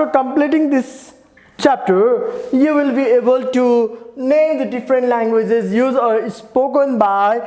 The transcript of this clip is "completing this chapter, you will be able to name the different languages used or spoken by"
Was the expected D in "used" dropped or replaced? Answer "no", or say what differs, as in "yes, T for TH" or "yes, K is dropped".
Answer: yes, D is dropped